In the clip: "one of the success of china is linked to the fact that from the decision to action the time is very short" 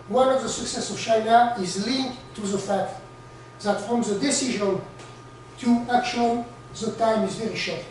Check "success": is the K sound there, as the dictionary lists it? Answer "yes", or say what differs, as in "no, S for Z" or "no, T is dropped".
yes